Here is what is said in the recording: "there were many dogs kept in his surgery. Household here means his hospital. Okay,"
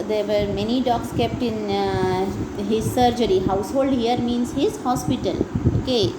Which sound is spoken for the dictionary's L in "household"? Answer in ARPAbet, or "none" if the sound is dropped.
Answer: L